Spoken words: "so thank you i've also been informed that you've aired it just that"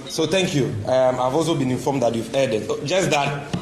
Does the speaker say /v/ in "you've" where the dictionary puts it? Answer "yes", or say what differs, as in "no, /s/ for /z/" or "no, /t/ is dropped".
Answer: yes